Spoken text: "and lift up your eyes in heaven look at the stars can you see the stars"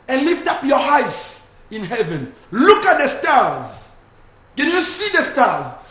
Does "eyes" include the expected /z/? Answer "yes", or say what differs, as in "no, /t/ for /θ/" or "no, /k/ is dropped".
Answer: no, /s/ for /z/